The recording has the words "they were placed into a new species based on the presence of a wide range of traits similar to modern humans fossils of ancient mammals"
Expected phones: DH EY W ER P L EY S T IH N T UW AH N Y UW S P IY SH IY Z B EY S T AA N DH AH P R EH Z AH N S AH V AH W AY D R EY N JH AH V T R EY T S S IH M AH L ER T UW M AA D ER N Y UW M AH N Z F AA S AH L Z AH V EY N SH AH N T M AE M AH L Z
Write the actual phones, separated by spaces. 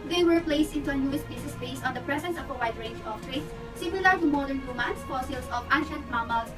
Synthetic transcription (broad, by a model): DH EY W ER P L EY S T IH N T UW AH N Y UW S B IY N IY S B EY S AA N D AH P R EH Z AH N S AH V AH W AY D R EY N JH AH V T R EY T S S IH M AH L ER T UW M AA D ER N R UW M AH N S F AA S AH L S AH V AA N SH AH N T M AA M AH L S